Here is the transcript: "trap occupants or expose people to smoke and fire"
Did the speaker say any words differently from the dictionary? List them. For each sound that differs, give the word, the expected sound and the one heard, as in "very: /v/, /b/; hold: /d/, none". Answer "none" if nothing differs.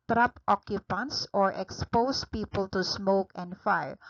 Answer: expose: /z/, /s/